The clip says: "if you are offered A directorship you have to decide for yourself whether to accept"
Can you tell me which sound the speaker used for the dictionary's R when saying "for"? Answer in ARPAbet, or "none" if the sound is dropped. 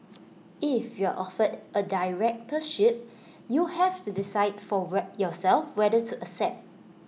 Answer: W